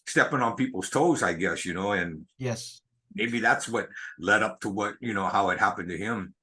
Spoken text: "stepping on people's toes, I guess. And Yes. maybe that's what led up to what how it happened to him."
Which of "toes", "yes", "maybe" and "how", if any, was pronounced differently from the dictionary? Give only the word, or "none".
none